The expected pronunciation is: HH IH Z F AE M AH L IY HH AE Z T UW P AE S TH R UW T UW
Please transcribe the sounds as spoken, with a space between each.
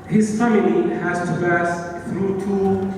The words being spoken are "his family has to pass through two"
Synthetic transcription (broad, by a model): HH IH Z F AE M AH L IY HH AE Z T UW B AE S TH R UW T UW